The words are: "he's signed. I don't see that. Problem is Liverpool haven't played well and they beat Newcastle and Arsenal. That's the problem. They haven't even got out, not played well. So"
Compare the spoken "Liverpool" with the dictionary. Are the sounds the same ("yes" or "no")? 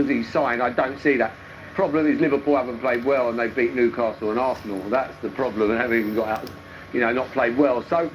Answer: yes